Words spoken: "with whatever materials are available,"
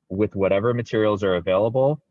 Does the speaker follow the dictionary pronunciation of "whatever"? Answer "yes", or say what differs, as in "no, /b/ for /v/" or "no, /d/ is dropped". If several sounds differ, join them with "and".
yes